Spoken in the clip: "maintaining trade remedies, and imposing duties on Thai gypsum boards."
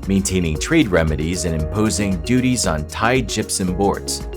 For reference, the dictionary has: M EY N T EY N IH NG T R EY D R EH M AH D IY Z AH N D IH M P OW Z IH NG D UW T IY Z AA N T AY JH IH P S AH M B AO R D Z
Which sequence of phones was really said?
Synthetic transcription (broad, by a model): M EY N T EY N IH NG T R EY D R EH M AH D IY Z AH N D IH M P OW Z IH NG D UW T IY Z N T AY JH IH P S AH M B AO R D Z